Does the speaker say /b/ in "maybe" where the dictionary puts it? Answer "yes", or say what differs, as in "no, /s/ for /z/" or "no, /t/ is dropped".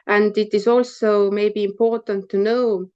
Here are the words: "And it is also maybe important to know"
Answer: yes